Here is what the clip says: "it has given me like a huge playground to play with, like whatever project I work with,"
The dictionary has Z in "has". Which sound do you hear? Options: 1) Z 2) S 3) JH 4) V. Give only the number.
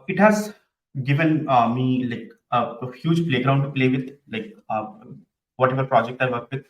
1